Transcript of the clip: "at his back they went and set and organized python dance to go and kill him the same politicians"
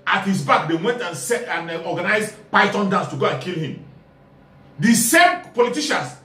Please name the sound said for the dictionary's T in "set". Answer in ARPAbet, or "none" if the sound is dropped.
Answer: none